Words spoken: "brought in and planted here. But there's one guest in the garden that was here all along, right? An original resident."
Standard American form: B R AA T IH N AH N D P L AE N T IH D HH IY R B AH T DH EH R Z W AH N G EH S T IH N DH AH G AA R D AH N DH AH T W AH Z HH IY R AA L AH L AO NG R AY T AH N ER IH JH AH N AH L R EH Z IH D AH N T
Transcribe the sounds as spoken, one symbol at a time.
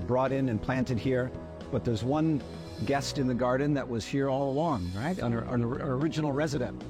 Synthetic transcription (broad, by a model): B R AA T IH N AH N P L AE N T IH D HH IY R B AH T DH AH R Z W AH N G EH S T IH N DH AH G AA R D N DH AH T W AH Z HH IY R AA L AH L AO NG R AY T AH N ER IH JH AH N L R EH Z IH D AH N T